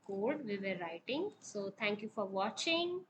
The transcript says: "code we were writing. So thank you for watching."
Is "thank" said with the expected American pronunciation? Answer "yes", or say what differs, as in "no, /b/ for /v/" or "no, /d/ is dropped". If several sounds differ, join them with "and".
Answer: no, /t/ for /θ/